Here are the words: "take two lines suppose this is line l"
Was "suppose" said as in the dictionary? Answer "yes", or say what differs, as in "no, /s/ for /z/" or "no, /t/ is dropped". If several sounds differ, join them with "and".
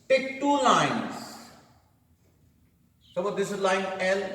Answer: no, /b/ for /p/